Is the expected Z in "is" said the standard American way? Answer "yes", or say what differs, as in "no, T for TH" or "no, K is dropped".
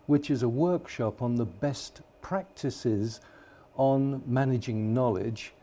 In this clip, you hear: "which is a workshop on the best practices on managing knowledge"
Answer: yes